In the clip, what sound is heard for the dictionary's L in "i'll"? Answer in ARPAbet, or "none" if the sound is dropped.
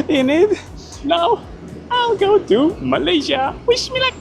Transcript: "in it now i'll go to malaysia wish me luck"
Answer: L